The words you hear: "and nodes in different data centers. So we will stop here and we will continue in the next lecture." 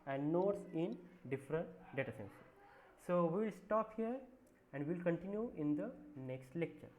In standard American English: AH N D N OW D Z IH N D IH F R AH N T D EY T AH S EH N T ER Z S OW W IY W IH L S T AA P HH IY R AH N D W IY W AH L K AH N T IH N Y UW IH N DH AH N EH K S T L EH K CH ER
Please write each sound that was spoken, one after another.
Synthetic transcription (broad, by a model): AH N D N OW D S IH N D IH F R AH N T D EY T AH S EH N S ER S OW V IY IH L S T AA P HH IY R AH N D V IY L K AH N T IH N Y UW IH N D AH N EH K S T L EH K CH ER